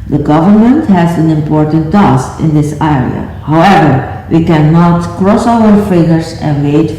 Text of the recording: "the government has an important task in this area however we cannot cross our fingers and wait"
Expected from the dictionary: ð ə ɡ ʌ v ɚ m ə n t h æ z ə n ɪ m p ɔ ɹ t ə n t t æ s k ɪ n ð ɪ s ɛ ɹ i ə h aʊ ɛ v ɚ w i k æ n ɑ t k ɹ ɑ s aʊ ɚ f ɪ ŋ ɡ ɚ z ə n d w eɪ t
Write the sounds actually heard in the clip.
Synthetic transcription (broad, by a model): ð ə ɡ ʌ v ɚ m ə n t h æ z ə n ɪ m p ɔ ɹ t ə n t t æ s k ɪ n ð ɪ s ɛ ɹ i ə h aʊ ɛ v ɚ w i k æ n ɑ t k ɹ ɑ s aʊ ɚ f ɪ ɡ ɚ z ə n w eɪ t